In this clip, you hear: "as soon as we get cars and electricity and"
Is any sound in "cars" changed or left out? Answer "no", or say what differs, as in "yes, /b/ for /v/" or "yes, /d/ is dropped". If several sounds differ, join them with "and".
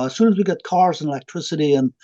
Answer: no